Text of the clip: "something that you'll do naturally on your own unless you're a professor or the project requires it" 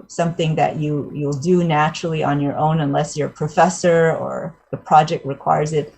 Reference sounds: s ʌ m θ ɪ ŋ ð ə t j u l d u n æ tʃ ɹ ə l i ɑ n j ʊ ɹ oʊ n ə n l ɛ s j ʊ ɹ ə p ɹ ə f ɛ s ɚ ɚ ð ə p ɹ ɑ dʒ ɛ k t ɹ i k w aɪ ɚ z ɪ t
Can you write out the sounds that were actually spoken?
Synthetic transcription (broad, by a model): s ʌ m θ ɪ ŋ ð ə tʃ j u l d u n æ tʃ ɹ l i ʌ n j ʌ ɹ oʊ n ə n l ɛ s j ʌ ɹ p ɹ ə f ɛ s ɚ ɚ ð ə p ɹ ɑ dʒ ɛ k t ɹ i k w aɪ ɚ z ɪ t